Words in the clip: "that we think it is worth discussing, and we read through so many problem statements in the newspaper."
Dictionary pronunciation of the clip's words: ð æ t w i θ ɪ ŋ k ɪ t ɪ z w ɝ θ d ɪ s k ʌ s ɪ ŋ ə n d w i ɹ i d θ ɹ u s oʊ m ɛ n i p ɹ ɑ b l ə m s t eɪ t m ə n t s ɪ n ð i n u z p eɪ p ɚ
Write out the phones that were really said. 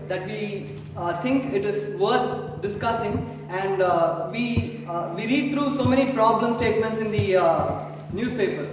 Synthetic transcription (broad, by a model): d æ t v i t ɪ ŋ k ɪ t ɪ z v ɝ t d ɪ s k ʌ s ɪ ŋ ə n d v i ɹ i d t ɹ u s oʊ m ɛ n i p ɹ ɑ b l ə m s t eɪ t m ə n t s ɪ n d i n u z p eɪ p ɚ